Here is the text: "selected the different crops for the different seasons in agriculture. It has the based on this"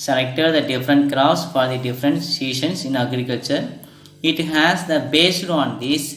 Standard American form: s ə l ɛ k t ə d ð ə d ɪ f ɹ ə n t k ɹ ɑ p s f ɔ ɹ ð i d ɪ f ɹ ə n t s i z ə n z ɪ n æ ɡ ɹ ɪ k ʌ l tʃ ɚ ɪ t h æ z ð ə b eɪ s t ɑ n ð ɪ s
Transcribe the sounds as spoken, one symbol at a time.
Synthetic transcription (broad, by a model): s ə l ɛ k t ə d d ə d ɪ f ɹ ə n t k ɹ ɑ s f ɔ ɹ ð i d ɪ f ɹ ə n t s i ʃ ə n s ɪ n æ ɡ ɹ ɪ k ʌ l tʃ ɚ ɪ t h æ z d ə b eɪ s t ɑ n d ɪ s